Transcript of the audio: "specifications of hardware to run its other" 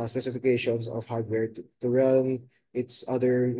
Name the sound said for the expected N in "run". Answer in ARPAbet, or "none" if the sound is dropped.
L